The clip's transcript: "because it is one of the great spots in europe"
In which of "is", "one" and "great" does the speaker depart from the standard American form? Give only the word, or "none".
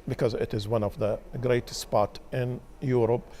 none